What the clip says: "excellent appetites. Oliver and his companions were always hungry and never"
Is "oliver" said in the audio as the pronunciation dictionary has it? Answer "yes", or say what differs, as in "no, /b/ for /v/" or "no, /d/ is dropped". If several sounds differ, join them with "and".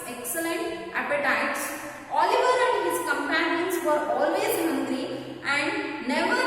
yes